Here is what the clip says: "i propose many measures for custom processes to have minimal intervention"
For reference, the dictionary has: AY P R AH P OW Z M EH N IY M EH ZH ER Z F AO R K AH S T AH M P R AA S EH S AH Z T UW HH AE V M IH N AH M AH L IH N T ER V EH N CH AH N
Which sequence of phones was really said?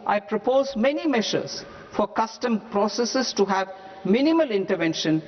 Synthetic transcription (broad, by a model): AY P R AH P OW Z M EH N IY M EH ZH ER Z F AO R K AH S T AH M P R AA S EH S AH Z T UW HH AE V M IH N AH M AH L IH N T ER V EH N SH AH N